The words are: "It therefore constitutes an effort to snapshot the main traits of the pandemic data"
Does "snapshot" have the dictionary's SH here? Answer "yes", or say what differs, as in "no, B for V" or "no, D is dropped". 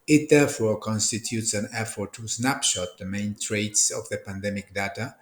yes